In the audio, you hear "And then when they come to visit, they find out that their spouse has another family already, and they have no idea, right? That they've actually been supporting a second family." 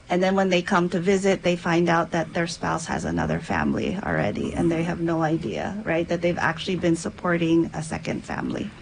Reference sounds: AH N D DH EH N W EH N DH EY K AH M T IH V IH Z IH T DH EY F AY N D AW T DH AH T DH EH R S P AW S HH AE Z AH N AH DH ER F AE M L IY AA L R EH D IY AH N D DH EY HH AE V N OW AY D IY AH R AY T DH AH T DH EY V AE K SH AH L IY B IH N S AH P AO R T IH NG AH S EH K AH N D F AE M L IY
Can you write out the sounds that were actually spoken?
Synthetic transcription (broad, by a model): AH N DH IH N W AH N DH EY K AH M T IH V IH Z IH T DH EY F AY N D AW T DH AH T DH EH R S P AW S HH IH Z AH N AH DH ER F AE M L IY L R EH D IY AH N DH EY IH V N OW AY D IY AH R AY T DH AH T DH EY V AE K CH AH L IY B IH N S AH P AO R T IH NG AH S EH K AH N D F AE M L IY